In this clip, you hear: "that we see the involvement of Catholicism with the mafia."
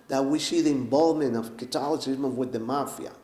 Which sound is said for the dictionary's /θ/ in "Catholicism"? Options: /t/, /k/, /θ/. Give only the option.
/t/